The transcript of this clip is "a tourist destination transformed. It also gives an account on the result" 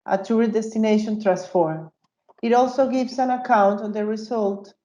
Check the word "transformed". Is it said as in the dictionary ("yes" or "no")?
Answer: no